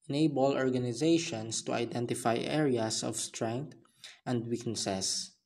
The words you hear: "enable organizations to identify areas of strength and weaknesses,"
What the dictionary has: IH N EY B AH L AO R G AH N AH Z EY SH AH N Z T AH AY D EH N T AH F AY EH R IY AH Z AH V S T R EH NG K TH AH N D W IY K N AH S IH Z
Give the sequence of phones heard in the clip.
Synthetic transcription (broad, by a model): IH N EY B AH L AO R G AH N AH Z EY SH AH N S T AH AY D EH N T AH F AY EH R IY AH S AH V S T R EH NG K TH AH N D W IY K N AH S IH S